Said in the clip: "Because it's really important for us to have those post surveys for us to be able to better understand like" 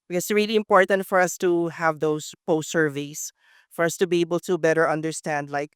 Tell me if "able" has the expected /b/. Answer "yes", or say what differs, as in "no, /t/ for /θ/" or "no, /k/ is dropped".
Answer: yes